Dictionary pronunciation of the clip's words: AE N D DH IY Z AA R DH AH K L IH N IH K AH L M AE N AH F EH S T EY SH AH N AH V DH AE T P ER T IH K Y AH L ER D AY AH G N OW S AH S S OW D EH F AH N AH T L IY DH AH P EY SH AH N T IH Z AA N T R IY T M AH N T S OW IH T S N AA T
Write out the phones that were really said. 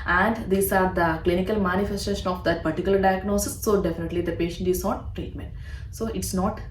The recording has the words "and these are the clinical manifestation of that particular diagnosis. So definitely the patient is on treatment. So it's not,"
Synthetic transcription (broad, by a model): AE N D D IY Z AA R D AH K L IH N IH K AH L M AE N AH F EH S T EY SH AH N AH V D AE T P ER T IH K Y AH L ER D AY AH G N OW S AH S S OW D EH F AH N AH T L IY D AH P EY SH AH N T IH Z AA N T R IY T M AH N T S OW IH T S N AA T